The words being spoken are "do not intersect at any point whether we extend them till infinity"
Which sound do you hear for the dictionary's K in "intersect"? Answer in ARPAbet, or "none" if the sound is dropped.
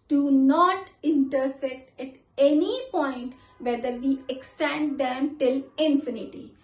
none